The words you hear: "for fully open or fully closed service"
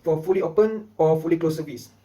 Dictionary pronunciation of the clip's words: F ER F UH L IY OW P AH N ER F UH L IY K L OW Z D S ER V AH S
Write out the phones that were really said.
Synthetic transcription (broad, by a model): F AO F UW L IY OW P AH N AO F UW L IY K L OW S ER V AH S